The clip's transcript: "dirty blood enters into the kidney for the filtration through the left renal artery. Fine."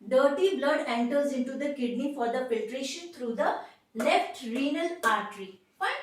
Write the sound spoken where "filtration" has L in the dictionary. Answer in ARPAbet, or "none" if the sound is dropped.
none